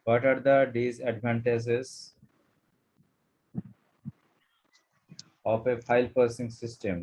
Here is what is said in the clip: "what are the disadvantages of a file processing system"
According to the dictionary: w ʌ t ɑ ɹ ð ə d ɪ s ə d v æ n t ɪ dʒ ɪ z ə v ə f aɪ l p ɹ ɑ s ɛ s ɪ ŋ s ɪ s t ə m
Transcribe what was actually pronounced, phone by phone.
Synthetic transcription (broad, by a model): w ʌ t ɑ ɹ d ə d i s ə d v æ n t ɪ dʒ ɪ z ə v ə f aɪ l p ʌ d s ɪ ŋ s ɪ s t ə m